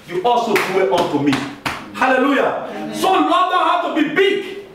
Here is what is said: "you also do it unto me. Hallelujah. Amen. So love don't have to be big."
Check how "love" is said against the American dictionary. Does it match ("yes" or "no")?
no